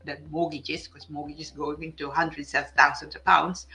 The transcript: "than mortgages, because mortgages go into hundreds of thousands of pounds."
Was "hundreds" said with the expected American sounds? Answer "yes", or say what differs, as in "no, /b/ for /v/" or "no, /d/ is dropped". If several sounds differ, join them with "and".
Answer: no, /s/ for /z/